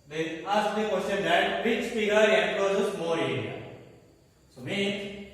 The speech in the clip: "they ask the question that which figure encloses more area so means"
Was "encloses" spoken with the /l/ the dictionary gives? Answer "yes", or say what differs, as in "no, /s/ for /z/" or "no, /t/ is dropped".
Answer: no, /l/ is dropped